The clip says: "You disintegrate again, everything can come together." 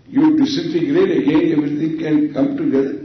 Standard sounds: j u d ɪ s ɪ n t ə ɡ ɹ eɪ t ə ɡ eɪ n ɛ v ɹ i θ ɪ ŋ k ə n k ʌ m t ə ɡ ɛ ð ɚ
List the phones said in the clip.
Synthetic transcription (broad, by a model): j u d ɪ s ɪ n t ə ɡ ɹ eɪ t ə ɡ eɪ n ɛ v ɹ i t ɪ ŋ k ə n k ʌ m t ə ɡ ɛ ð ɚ